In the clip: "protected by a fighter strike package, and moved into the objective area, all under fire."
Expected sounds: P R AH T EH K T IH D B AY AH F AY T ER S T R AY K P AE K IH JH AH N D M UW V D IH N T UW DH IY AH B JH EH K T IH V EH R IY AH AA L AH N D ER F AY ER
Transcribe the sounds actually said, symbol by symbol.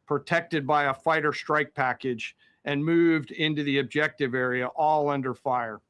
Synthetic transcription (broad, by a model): P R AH T EH K T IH D B AY AH F AY T ER S T R AY K P AE K IH JH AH N M UW V D IH N T UW DH IY AH B JH EH K T IH V EH R IY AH AA L AH N D ER F AY ER